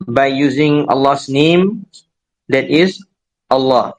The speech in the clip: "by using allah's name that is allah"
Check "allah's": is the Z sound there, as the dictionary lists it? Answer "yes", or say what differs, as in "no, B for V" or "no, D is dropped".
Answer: no, S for Z